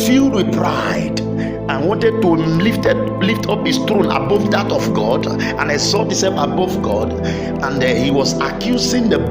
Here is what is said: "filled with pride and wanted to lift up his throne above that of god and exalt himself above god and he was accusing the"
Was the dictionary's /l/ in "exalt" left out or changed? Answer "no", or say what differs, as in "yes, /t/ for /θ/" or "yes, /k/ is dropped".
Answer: yes, /l/ is dropped